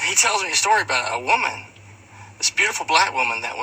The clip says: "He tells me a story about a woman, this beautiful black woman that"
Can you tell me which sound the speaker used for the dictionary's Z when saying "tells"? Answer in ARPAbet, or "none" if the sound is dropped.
Z